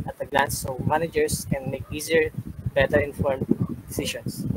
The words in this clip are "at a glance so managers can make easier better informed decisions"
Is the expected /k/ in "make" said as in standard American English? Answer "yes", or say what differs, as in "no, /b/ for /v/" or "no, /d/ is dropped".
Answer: yes